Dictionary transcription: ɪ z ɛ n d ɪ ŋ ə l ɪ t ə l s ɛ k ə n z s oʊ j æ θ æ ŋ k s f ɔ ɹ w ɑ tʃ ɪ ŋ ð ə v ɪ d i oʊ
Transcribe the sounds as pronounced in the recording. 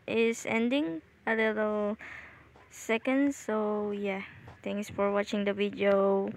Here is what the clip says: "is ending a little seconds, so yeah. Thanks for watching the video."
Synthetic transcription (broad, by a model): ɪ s ɛ n d ɪ ŋ ə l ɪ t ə l s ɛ k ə n s oʊ j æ t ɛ ŋ k s f ɔ ɹ w ɑ tʃ ɪ ŋ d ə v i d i oʊ